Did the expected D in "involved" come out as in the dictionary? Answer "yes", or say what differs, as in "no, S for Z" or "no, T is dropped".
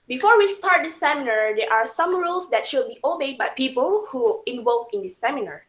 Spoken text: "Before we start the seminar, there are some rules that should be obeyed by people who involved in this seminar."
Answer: no, D is dropped